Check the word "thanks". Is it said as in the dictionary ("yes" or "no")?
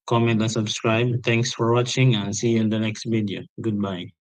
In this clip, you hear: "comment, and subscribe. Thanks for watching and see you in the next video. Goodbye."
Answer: no